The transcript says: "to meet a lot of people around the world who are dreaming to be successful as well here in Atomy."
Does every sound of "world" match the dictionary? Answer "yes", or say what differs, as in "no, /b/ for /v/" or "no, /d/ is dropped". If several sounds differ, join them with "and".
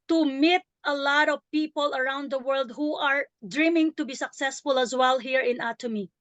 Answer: yes